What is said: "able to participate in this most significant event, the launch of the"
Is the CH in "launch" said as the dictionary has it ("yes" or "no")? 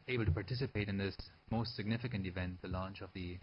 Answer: yes